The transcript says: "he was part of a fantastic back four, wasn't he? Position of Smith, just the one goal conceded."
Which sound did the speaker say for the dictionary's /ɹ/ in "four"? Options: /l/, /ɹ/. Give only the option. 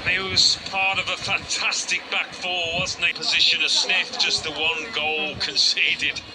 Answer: /l/